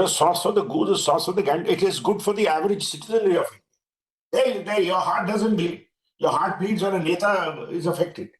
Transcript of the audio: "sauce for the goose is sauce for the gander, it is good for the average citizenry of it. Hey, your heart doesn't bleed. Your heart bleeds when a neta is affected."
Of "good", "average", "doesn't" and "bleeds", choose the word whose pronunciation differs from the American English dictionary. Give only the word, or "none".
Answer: bleeds